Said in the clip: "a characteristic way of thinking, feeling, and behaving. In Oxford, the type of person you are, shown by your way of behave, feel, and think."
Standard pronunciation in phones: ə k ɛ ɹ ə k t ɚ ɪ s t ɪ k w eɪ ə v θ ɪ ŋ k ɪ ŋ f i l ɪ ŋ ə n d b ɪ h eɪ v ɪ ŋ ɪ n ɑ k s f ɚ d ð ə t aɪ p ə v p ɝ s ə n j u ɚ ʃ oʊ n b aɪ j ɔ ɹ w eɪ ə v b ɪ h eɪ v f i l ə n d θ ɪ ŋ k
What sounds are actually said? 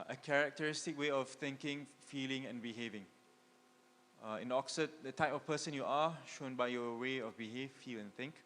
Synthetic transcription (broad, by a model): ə k ɛ ɹ ə k t ɚ ɪ s t ɪ k w eɪ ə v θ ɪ ŋ k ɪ ŋ f i l ɪ ŋ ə n b ɪ h eɪ v ɪ ŋ ɪ n ɑ k s ɚ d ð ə t aɪ p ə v p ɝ s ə n j u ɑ ʃ oʊ n b aɪ j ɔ w eɪ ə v b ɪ h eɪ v f i l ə n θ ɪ ŋ k